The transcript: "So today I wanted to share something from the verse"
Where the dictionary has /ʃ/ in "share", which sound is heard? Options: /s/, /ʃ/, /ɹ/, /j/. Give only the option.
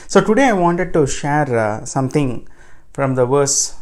/ʃ/